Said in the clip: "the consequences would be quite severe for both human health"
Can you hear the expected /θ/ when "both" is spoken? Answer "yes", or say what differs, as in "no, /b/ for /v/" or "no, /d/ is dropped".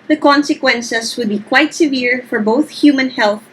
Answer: yes